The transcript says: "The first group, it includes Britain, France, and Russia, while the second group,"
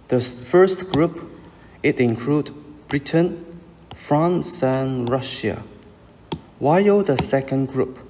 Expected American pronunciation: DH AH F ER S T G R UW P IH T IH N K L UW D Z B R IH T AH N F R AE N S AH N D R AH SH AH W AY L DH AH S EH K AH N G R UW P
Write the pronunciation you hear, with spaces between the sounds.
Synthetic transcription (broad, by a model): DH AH F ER S T G R UW P IH T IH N K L UW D B R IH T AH N F R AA N S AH N R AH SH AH W AY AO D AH S EH K AH N G R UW P